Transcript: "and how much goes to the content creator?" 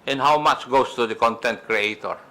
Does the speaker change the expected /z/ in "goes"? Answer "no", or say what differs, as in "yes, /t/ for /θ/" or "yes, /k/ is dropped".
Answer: yes, /s/ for /z/